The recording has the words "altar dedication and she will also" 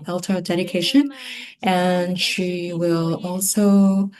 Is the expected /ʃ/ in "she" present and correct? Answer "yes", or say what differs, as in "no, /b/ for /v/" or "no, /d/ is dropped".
yes